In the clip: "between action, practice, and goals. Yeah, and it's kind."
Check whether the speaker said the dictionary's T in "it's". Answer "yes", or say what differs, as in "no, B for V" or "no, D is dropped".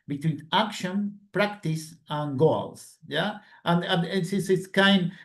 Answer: no, S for T